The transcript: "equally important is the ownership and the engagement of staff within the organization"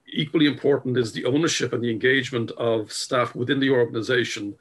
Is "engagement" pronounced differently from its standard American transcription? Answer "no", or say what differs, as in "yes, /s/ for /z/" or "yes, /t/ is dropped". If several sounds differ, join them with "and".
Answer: no